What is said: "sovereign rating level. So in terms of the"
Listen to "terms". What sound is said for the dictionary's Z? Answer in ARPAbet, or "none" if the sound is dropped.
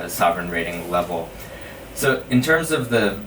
Z